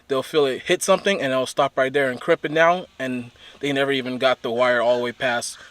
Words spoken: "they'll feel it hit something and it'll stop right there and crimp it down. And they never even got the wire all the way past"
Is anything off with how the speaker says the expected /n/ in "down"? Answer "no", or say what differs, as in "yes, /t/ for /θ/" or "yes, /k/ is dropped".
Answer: yes, /n/ is dropped